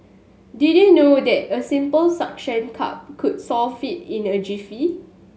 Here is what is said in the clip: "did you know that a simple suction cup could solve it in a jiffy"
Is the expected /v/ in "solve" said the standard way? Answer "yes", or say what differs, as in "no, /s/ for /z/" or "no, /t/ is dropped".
no, /f/ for /v/